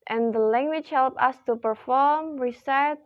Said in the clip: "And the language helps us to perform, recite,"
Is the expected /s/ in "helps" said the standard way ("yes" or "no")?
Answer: no